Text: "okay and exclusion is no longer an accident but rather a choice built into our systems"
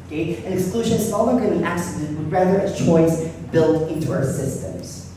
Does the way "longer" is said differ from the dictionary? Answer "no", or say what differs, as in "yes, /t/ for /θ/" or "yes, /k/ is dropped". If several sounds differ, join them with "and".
yes, /ŋ/ is dropped